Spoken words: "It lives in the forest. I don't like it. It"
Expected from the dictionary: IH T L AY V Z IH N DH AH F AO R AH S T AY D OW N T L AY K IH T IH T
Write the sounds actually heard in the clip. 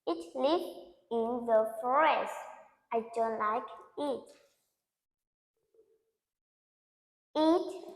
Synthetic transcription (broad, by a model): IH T L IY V IH N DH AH F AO R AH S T AY D OW N T L AY K IH T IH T